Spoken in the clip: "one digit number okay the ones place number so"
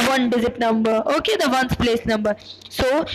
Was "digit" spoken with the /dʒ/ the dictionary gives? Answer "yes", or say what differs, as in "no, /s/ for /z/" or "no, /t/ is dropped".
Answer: no, /z/ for /dʒ/